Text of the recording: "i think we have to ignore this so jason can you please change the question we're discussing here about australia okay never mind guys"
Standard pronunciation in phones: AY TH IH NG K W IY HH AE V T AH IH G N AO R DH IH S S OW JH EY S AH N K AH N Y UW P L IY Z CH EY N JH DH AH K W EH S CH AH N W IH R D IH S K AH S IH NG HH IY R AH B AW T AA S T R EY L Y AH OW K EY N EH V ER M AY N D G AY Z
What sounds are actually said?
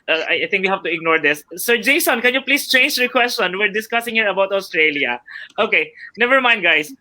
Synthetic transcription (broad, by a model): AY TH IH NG K W IY HH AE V T AH IH G N AO R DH IH S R JH EY S AH N K AH N Y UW P L IY S CH EY N JH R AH K W EH S CH AH N W IH R D IH S K AH S IH NG HH IY R AH B AW T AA S T R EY L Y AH OW K EY N EH V ER M AY N D G AY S